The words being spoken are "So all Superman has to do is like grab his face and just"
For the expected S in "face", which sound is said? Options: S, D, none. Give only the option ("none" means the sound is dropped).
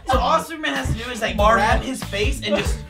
S